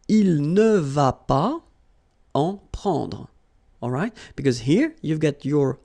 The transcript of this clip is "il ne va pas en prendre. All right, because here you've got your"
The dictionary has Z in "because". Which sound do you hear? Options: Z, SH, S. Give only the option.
Z